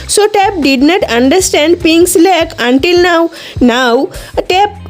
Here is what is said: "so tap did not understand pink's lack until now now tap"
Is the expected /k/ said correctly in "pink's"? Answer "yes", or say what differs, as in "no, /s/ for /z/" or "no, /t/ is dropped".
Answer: no, /k/ is dropped